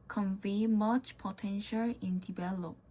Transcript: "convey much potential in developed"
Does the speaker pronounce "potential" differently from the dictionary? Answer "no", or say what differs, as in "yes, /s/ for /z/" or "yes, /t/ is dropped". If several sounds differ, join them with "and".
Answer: no